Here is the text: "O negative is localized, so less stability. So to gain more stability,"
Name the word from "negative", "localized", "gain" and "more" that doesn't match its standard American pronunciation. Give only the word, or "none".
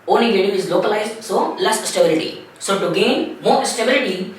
negative